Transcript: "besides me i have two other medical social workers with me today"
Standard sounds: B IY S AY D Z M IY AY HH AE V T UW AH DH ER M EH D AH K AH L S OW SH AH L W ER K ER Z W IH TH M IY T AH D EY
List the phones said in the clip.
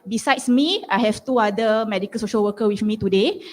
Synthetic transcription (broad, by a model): B IY S AY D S M IY AY HH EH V T UW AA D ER M EH D AH K AH L S OW SH AH L W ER K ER W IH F M IY T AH D EY